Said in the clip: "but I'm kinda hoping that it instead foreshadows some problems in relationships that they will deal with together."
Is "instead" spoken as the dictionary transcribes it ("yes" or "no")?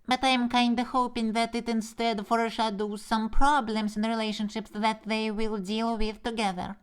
yes